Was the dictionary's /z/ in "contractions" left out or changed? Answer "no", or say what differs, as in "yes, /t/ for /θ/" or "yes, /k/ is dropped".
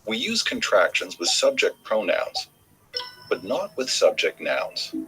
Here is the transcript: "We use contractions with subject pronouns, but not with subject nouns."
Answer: no